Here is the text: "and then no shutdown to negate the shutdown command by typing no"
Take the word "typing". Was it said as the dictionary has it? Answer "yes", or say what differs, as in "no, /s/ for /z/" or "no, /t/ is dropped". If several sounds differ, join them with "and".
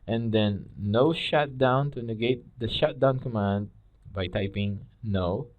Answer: yes